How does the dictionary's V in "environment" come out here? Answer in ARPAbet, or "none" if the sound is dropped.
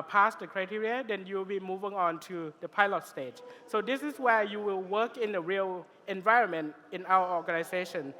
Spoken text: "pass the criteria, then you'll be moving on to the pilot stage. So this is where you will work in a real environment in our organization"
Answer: V